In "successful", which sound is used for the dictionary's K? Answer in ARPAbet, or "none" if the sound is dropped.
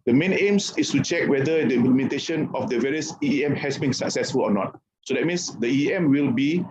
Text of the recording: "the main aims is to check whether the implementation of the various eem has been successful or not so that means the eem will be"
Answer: K